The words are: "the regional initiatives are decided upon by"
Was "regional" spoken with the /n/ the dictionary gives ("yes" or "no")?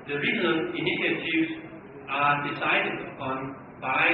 no